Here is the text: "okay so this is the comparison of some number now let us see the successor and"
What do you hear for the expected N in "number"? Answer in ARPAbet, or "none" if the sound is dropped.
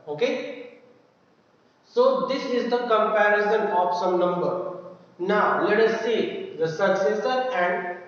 N